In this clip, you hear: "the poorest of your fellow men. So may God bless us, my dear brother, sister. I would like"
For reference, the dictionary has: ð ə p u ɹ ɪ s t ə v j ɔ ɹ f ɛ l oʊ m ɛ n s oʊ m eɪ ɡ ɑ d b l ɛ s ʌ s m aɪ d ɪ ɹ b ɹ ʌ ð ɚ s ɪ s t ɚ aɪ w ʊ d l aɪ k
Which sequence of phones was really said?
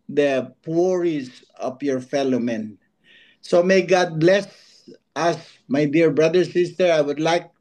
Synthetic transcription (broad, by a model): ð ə p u ɹ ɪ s ə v j ɔ ɹ f ɛ l oʊ m ɛ n s oʊ m eɪ ɡ ɑ d b l ɛ s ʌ s m aɪ d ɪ ɹ b ɹ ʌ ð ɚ s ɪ s t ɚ aɪ w ʊ d l aɪ k